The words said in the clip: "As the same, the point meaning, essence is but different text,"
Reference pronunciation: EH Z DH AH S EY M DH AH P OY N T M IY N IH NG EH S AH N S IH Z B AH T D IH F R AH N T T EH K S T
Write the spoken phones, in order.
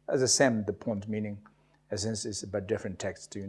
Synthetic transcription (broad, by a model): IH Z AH S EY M DH AH P OY N T M IY N IH NG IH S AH N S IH S B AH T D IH F R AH N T T EH K S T